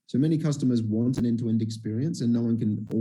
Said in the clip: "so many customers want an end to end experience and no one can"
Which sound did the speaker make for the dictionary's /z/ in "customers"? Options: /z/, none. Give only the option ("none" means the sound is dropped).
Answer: /z/